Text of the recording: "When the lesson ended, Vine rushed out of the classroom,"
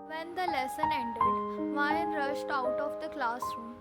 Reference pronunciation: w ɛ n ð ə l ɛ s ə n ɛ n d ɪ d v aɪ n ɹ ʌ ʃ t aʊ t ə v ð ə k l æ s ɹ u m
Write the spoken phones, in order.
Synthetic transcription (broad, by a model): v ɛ n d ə l ɛ s ə n ɛ n d ɪ d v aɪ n ɹ ʌ ʃ t aʊ t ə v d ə k l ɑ s ɹ u m